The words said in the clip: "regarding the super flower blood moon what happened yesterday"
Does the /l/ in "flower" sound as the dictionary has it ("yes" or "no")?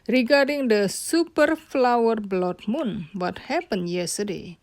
yes